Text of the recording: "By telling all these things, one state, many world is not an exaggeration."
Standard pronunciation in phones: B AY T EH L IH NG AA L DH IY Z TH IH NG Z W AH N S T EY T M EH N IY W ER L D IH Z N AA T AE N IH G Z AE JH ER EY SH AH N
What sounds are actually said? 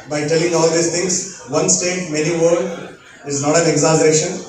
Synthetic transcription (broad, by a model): B AY T EH L IH NG AA L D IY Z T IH NG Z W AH N S T EY T M EH N IY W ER D IH Z N AA T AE N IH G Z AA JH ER EY SH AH N